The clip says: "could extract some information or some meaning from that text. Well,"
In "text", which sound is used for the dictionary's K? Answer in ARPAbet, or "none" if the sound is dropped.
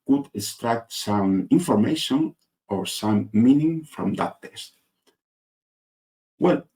none